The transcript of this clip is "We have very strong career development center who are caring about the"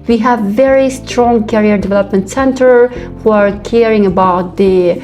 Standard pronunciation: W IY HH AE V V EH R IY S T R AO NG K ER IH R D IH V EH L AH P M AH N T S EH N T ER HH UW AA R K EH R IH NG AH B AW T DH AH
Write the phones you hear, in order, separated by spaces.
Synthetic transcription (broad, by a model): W IY HH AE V V EH R IY S T R AO NG K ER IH R D IH V EH L AH P M AH N T S EH N T ER HH UW AA R K EH R IH NG AH B AW T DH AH